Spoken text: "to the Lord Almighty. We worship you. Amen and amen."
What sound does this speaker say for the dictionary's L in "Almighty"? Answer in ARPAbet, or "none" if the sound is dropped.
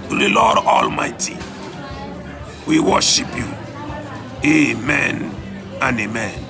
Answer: L